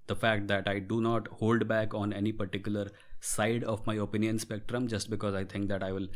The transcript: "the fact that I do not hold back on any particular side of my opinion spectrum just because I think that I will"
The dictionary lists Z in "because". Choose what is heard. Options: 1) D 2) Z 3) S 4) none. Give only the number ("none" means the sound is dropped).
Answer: 2